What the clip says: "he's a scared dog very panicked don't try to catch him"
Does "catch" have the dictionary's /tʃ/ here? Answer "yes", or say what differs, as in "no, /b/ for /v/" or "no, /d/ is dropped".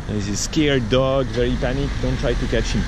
yes